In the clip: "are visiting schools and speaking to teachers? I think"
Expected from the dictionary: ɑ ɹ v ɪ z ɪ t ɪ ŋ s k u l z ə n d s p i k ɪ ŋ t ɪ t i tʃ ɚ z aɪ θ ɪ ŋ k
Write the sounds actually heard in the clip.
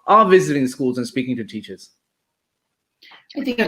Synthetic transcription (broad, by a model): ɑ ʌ v ɪ z ɪ t ɪ ŋ s k u l z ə n s p i k ɪ ŋ t ɪ t i tʃ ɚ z aɪ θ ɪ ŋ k